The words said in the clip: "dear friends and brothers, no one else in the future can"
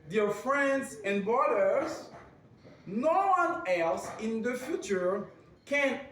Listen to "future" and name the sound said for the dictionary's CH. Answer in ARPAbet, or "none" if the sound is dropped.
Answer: CH